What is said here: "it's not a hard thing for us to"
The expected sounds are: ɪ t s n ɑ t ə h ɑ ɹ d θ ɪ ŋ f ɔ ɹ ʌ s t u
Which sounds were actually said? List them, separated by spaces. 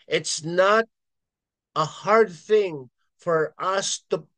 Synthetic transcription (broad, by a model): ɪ t s n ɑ t ə h ɑ ɹ d θ ɪ ŋ f ɔ ɹ ʌ s t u